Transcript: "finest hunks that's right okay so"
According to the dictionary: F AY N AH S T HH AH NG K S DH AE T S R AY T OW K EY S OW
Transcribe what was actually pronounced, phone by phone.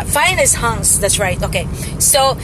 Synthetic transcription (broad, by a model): F AY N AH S HH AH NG S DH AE T S R AY T OW K EY S OW